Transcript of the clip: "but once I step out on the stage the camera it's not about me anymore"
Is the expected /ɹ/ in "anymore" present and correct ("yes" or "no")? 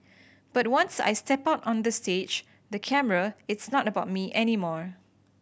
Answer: yes